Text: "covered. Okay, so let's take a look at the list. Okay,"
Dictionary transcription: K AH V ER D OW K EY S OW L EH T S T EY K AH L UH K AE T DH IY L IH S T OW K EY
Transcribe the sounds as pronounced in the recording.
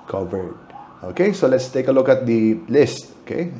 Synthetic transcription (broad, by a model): K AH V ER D OW K EY S OW L EH T S T EY K AH L UH K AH T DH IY L IH S T OW K EY